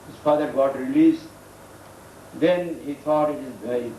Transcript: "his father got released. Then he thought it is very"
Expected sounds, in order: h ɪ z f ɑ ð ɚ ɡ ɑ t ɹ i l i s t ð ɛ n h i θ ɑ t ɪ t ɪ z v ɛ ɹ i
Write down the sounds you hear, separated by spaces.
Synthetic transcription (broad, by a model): h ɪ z f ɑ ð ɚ ɡ ɑ t ɹ i l i s t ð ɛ n h i t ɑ t ɪ t ɪ z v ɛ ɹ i